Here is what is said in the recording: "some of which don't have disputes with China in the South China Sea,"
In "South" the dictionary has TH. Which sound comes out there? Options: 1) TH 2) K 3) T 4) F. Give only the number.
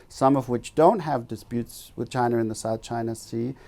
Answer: 1